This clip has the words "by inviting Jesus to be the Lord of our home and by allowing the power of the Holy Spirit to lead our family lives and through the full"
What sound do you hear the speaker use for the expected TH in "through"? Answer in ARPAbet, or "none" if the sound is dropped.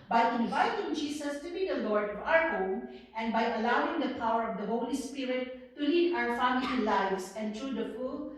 T